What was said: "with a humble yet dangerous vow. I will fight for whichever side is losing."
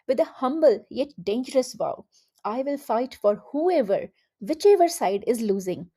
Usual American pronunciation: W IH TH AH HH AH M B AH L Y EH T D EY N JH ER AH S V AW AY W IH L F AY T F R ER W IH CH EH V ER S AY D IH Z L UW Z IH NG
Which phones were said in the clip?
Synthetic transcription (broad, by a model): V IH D AH HH AH M B AH L Y EH T D EY N JH ER AH S V AW AY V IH L F AY T F R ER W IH CH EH V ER S AY D IH Z L UW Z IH NG